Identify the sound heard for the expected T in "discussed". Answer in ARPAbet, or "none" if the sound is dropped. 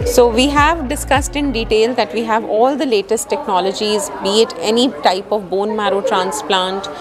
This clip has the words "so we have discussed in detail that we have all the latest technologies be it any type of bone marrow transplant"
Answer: T